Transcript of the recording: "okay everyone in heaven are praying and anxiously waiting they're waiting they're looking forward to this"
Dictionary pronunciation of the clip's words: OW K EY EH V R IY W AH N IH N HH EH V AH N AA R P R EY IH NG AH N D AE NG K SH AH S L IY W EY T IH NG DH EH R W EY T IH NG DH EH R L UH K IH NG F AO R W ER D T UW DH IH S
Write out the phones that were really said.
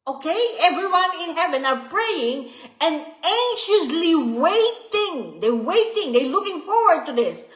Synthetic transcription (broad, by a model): OW K EY EH V R IY W AH N IH N HH EH V AH N AA R P R EY IH NG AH N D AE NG SH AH S L IY W EY T IH NG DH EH W EY T IH NG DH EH L UH K IH NG F AO R W ER D T UW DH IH S